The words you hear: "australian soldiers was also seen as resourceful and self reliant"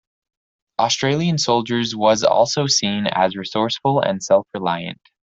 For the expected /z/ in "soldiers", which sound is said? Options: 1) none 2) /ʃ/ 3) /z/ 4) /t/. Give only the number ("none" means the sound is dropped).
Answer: 3